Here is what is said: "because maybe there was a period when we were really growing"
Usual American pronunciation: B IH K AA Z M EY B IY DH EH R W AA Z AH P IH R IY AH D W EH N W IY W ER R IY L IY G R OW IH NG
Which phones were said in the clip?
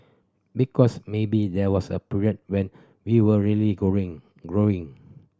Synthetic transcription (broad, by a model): B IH K AA S M EY B IY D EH W AA S AH P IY R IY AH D W EH N W IY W ER L IY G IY G R OW IH NG